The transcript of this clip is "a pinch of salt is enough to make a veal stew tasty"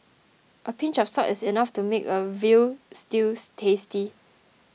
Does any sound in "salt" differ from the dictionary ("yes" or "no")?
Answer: yes